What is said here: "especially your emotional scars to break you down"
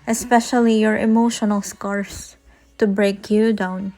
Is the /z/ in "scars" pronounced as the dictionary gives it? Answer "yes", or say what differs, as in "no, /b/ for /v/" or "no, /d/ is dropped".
no, /s/ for /z/